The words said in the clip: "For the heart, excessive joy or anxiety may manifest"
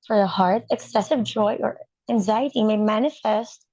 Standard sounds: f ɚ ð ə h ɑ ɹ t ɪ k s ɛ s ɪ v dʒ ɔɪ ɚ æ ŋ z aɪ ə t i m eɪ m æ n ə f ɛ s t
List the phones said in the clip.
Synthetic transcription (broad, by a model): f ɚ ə h ɑ ɹ t ɪ k s ɛ s ɪ v dʒ ɔɪ ɚ æ ŋ z aɪ ə t i m eɪ m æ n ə f ɛ s t